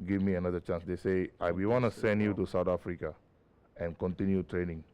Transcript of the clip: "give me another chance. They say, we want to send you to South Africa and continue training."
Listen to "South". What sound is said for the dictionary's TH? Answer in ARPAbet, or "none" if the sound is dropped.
T